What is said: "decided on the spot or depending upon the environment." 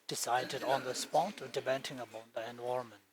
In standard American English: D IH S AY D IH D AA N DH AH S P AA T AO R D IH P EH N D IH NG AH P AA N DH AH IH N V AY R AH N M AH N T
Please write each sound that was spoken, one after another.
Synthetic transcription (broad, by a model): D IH S AY D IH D AA N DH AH S P AA T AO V D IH B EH N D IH NG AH B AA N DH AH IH N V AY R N M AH N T